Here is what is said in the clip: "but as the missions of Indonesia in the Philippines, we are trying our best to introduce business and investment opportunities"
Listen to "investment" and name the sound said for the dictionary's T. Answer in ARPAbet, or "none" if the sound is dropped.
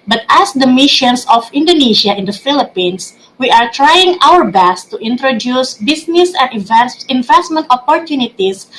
T